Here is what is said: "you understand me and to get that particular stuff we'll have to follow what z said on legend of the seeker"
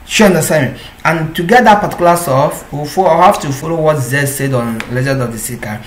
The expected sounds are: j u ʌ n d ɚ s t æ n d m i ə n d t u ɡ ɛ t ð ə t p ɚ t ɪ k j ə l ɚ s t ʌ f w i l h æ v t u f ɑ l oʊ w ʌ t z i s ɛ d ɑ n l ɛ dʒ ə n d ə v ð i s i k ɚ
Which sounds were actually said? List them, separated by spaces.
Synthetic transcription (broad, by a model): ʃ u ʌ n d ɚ s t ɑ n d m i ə n t u ɡ ɛ t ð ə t p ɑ t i k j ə l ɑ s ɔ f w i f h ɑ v t u f ɑ l oʊ w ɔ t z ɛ s ɛ d ɑ n l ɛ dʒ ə d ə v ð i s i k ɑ